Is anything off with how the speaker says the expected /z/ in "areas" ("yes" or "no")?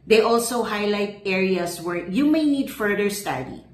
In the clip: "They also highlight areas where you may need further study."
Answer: yes